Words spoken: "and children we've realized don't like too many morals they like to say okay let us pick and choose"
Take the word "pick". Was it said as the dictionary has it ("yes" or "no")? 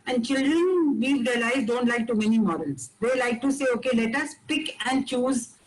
yes